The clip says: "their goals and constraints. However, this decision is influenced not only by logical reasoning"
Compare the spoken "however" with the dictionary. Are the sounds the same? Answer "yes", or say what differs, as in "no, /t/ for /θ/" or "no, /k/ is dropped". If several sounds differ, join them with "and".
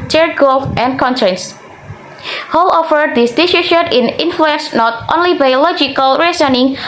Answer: no, /f/ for /v/